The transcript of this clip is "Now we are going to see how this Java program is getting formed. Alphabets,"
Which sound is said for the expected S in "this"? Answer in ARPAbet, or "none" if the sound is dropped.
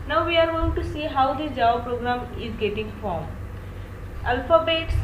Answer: none